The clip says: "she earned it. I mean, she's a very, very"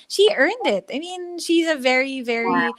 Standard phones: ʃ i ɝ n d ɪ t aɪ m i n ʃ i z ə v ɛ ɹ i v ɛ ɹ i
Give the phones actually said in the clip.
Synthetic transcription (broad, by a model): ʃ i ɝ n d ɪ t aɪ m i n ʃ i z ə v ɛ ɹ i v ɛ ɹ i